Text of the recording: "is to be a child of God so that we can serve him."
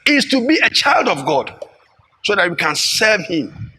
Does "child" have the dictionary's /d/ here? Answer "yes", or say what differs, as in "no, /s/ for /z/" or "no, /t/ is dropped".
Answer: yes